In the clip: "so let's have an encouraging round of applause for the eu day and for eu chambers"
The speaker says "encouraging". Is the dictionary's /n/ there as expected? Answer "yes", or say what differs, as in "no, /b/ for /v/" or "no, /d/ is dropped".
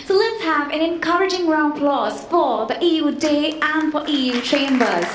yes